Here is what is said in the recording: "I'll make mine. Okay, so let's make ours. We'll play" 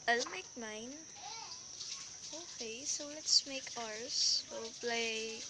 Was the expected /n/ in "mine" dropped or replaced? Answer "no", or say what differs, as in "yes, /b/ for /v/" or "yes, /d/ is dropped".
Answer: no